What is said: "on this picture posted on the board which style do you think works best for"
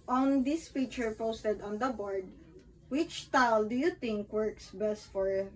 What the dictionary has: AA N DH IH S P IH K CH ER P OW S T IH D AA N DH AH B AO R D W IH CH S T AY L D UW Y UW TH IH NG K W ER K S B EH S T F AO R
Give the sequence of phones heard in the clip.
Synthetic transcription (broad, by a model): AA N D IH S F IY CH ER P OW S T IH D AA N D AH B AO R D W IH CH T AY L D UW Y UW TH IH NG K W ER K S B EH S T F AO R